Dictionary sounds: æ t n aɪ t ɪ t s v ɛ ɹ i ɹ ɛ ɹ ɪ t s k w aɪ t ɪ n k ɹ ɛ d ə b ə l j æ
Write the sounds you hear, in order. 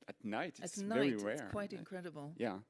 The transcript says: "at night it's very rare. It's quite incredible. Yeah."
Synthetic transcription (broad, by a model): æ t n aɪ t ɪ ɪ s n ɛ i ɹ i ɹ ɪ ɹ k w aɪ t ɪ n k ɹ ɛ d ə b ə l j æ